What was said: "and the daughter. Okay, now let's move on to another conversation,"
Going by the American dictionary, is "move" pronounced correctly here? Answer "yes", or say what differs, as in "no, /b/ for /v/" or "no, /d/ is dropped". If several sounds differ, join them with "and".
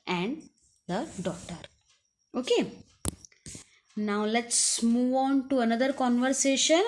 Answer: yes